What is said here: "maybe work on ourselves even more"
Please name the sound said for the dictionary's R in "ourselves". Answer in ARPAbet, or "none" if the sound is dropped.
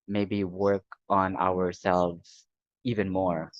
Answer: R